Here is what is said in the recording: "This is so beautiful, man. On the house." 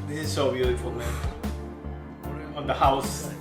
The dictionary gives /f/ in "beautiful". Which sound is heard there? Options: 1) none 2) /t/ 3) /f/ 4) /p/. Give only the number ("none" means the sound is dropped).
3